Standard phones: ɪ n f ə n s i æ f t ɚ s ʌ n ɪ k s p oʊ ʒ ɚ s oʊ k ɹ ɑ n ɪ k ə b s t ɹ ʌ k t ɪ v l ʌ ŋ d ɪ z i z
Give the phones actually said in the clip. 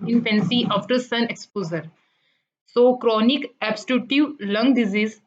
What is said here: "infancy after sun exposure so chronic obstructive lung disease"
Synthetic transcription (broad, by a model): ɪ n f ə n s i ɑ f t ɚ s ʌ n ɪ k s p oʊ z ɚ s oʊ k ɹ ɑ n ɪ k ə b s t u t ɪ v l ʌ ŋ d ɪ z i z